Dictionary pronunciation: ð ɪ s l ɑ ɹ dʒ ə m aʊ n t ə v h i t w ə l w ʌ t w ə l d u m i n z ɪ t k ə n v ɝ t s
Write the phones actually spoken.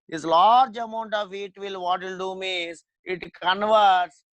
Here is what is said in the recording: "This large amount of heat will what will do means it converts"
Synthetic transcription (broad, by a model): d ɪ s l ɑ ɹ dʒ ə m aʊ n t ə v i t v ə l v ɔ t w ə l d u m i z ɪ t k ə n v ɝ t s